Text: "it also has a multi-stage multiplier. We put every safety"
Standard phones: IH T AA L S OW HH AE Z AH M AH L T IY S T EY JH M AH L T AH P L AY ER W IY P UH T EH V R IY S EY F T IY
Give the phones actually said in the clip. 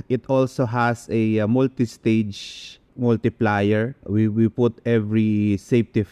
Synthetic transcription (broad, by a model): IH T AA L S OW HH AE S AH M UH L T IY S T EY JH M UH L T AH P L AY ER W IY P UH T EH V R IY S EY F T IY